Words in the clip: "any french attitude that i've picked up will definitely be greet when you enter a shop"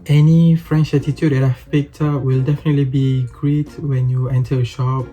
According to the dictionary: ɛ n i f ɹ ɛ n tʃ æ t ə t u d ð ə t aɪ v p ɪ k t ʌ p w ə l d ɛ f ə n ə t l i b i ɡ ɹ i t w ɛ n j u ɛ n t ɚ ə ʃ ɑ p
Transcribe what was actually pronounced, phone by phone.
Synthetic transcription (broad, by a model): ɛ n i f ɹ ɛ n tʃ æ t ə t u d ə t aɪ f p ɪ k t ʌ w ə l d ɛ f ə n ə t l i b i ɡ ɹ i t w ɛ n j u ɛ n t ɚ ə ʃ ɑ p